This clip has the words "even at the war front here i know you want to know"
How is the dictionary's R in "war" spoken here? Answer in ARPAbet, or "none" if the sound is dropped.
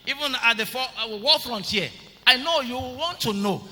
L